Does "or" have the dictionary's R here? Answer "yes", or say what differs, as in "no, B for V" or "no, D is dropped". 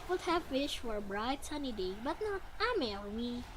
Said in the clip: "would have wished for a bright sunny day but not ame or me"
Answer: no, L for R